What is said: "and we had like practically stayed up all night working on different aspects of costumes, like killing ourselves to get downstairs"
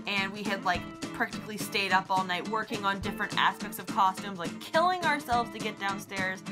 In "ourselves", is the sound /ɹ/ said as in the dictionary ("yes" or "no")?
yes